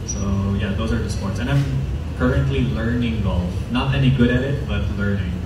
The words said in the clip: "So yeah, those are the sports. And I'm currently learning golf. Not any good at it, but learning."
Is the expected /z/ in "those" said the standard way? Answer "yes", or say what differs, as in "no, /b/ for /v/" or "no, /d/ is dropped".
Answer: yes